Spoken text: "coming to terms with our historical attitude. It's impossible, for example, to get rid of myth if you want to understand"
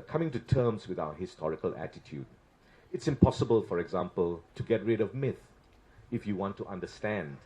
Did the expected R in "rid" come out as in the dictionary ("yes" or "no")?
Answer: yes